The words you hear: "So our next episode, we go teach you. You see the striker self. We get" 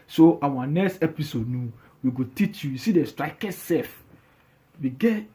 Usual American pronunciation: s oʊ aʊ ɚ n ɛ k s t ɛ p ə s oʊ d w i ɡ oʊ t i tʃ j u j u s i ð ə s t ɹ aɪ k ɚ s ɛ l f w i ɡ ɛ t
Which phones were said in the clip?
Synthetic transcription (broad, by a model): s oʊ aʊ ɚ n ɛ k s t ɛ p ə s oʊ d w i ɡ oʊ t i tʃ j u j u s i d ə s t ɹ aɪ k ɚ s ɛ f w i ɡ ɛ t